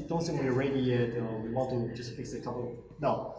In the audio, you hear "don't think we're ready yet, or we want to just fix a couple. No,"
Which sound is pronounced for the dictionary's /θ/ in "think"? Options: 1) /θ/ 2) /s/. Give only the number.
2